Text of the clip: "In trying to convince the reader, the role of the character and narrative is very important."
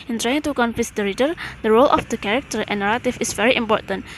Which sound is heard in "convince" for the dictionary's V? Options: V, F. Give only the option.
F